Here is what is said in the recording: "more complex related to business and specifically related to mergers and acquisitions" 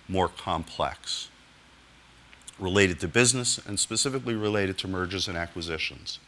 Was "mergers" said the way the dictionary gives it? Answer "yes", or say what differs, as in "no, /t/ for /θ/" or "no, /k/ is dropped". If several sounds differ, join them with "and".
yes